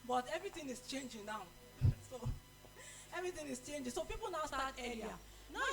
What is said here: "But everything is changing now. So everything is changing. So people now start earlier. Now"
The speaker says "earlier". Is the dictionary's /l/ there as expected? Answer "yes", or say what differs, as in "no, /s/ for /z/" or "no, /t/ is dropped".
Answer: no, /l/ is dropped